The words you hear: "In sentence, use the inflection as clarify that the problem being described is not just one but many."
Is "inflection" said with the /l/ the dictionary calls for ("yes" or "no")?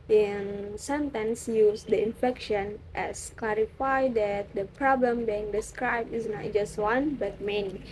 no